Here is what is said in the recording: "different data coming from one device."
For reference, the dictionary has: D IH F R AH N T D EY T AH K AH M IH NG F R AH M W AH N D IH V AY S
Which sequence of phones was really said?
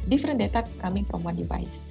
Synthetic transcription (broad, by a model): D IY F R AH N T D EY T AH K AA M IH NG P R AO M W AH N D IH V AY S